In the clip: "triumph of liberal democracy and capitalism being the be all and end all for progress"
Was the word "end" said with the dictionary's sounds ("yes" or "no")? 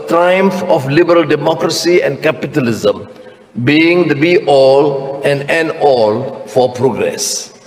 no